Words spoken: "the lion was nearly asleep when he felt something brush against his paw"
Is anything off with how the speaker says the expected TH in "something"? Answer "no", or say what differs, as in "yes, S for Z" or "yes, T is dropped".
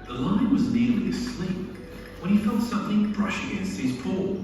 no